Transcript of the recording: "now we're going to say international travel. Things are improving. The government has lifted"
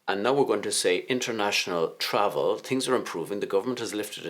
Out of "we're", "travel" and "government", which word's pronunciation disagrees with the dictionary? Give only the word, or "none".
none